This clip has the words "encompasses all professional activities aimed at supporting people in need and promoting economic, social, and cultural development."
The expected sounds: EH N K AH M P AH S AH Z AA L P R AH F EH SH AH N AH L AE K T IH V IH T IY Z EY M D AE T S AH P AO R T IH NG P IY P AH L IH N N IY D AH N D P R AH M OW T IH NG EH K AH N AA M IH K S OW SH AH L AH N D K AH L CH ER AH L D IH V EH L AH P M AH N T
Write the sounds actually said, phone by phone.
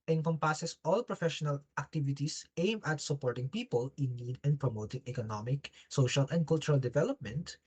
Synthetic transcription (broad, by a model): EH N K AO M P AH S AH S AA L P R AH F EH SH AH N AH L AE K T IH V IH T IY S EY M AH T S AH P AO R T IH NG P IY P AH L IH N N IY D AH N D P R AH M OW T IH NG EH K AH N AA M IH K S OW SH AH L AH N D K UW L CH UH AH L D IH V EH L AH P M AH N T